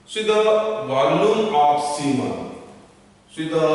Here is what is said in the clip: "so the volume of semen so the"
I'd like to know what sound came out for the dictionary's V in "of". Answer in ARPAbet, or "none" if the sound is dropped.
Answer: P